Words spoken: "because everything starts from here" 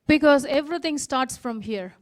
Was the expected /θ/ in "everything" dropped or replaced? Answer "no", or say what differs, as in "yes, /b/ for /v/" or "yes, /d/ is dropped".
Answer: yes, /t/ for /θ/